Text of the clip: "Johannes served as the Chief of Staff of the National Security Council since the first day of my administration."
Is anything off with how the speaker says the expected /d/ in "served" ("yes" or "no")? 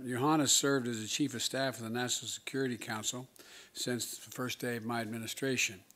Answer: no